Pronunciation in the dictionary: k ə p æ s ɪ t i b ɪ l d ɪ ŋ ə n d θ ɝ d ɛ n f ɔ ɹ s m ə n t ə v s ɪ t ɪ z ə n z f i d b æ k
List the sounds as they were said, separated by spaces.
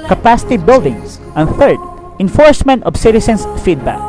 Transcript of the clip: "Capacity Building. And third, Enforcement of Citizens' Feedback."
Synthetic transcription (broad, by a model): k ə p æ s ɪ t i b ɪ l d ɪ ŋ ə n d θ ɝ d ɛ n f ɔ ɹ s m ə n t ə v s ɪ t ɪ s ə n s f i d b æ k